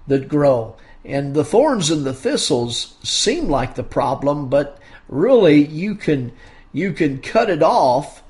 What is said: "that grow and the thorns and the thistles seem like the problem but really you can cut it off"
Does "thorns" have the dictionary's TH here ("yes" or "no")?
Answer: yes